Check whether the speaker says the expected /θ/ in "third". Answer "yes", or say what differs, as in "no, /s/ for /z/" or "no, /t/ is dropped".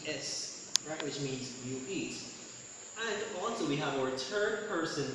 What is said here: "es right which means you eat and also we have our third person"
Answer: no, /t/ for /θ/